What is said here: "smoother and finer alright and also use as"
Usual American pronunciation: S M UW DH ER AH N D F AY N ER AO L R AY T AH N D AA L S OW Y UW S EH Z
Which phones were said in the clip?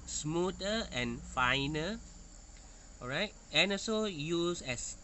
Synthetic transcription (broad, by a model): S M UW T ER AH N F AY N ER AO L R AY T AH N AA S OW Y UW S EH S